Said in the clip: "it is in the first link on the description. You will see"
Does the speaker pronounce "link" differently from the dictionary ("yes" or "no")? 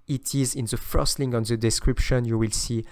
yes